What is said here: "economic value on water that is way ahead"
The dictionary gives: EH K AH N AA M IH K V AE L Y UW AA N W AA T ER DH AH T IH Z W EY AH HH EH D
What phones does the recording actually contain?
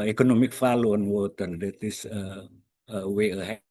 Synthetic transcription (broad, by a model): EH K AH N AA M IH K F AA L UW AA N W AA T ER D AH T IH S W EY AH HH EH